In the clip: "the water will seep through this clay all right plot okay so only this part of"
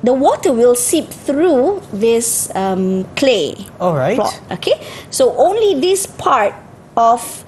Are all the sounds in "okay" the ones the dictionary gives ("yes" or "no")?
yes